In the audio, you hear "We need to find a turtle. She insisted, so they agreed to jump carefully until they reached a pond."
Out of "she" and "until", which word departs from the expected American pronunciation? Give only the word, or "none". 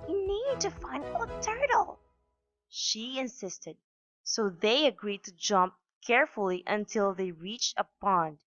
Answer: none